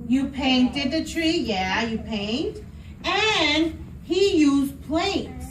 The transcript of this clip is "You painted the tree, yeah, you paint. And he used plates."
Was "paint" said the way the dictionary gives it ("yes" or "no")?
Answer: yes